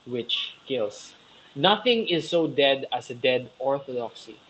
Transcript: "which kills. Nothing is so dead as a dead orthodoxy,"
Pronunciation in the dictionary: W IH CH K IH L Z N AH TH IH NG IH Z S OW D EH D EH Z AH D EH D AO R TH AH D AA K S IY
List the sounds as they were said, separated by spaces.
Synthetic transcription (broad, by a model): W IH CH K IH L S N AH TH IH NG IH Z S OW D EH D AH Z AH D EH D AO R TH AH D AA K S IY